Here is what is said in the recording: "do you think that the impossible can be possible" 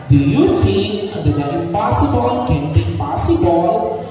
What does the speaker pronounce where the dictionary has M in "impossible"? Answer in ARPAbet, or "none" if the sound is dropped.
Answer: none